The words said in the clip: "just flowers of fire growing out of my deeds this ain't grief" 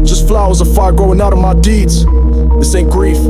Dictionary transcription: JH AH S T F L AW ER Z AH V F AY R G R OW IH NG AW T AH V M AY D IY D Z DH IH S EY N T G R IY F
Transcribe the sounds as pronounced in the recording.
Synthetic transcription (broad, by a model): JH AH S T F L AW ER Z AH F AY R G OW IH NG AW T AH V M AY D IY D Z DH IH S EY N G R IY F